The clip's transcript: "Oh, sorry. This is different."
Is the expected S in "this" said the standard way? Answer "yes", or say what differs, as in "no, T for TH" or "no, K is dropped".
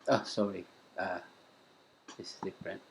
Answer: no, S is dropped